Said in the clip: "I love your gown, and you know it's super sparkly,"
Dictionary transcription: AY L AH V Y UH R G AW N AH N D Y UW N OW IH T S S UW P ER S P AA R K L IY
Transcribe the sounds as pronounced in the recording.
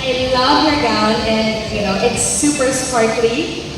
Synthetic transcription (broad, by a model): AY L AH V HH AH R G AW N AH N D Y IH N OW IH T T S UW P ER S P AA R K L IY